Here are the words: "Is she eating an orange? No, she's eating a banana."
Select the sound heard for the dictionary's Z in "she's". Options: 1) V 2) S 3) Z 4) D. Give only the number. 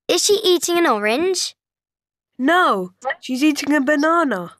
3